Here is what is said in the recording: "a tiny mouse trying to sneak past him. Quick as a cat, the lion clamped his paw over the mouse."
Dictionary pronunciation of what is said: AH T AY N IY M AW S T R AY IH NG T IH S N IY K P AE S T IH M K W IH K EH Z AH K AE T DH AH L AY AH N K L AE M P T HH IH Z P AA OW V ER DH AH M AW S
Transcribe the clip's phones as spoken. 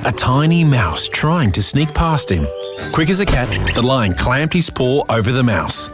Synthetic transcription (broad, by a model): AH T AY N IY M AW S T R AY IH NG T IH S N IY K P AE S T IH M K W IH K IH Z AH K AE T DH AH L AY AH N K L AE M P T HH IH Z P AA OW V ER DH AH M AW S